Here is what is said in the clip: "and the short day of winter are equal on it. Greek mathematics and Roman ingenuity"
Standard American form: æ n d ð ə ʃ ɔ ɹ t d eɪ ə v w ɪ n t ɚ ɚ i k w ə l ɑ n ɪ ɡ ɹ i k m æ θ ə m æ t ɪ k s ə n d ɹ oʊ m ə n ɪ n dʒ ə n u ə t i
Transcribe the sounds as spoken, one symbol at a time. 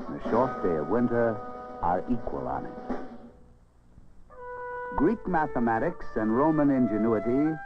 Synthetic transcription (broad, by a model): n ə ʃ ɔ ɹ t d eɪ ə v w ɪ n t ɚ ɚ i k w ə l ɑ n ɪ ɡ ɹ i k m æ θ ə m æ t ɪ k s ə n ɹ oʊ m ə n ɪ n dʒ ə n u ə t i